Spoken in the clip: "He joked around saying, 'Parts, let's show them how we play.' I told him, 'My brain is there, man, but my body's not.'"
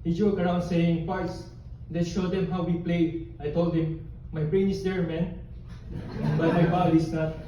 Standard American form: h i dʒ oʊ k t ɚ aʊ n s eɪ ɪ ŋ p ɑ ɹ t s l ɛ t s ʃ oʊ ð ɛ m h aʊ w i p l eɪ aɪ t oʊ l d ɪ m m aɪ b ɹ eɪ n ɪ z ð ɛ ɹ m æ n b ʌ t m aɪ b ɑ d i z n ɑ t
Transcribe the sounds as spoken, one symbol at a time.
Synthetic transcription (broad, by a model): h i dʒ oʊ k ɚ aʊ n s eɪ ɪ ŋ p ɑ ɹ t s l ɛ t ʃ oʊ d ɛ m h aʊ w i p l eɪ aɪ t oʊ l d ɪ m m aɪ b ɹ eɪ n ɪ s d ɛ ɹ m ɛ n b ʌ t m aɪ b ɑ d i s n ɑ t